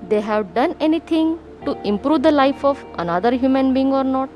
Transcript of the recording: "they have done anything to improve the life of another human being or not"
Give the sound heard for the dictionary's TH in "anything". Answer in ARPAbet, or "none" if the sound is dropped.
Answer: T